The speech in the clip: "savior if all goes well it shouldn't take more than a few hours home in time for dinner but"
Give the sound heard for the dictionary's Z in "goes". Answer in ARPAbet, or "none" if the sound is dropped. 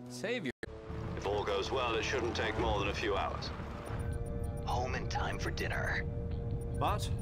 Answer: Z